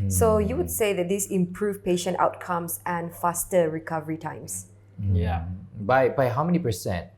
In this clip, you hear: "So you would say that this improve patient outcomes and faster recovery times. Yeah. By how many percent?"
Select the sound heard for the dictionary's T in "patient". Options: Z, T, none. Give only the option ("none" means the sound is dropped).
T